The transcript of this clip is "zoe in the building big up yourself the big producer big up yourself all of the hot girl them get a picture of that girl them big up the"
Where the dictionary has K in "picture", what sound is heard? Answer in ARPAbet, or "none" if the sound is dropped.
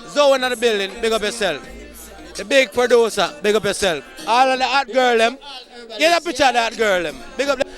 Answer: none